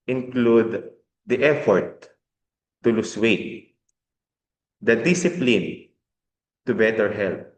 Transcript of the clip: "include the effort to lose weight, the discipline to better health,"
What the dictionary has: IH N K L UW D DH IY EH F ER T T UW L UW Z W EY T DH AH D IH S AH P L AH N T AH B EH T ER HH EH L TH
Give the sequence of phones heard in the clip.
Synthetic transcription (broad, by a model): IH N K L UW D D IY EH F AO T T UW L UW S W EY T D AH D IH S AH P L AH N T AH B EH T ER HH EH L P